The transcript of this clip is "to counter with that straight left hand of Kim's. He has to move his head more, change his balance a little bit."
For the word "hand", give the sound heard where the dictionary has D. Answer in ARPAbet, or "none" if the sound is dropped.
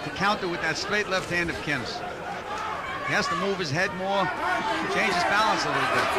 D